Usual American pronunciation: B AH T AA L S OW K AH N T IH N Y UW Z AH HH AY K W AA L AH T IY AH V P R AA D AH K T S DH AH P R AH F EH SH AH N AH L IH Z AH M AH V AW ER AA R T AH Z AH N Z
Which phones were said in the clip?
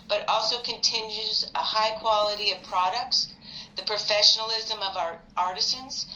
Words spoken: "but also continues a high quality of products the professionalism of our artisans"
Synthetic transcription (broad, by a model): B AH T AA L S OW K AH N T IH N Y UW Z AH HH AY K W AA L AH T IY AH V P R AA D AH K T S DH AH P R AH F EH SH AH N L IH Z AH M AH V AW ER AA R T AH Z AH N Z